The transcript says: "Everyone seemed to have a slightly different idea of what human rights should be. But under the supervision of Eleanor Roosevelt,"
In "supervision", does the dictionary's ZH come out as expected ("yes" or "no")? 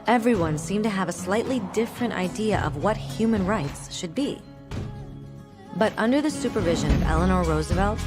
yes